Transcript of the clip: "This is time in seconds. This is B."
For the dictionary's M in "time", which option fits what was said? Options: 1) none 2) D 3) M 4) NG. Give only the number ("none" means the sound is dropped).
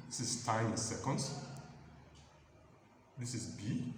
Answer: 1